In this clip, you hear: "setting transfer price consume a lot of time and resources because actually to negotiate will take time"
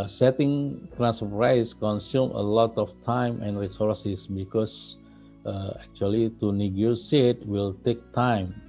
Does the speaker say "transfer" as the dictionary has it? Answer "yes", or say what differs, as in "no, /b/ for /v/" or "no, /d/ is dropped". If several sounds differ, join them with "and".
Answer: no, /f/ is dropped